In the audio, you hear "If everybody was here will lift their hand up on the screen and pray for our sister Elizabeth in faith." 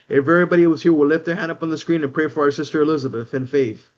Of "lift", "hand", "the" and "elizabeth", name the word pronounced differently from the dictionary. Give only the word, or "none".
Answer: none